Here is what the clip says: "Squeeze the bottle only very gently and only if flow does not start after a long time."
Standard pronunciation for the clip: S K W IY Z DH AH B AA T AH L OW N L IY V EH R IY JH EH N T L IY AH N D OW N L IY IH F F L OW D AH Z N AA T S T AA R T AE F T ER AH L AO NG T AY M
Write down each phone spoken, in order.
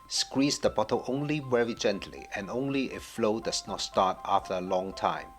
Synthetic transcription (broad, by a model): S K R IY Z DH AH B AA T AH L OW N L IY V EH R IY JH EH N T L IY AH N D OW N L IY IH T F L OW D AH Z N AA T S T AA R T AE F T ER AH L AO NG T AY M